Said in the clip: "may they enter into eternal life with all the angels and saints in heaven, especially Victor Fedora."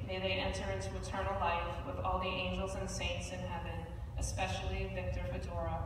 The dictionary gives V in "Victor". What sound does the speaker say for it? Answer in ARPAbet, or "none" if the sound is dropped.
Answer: V